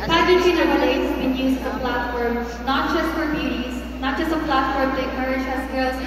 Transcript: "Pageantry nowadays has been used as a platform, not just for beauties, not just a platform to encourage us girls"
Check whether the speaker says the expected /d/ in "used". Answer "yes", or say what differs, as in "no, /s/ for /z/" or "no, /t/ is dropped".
no, /d/ is dropped